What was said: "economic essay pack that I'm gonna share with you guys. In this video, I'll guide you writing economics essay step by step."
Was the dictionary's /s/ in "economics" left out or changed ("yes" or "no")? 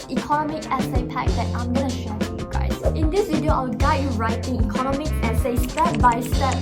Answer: yes